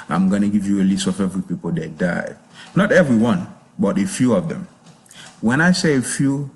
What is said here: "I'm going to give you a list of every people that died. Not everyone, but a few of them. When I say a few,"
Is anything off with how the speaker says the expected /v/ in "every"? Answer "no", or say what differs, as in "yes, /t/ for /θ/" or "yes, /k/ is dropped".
no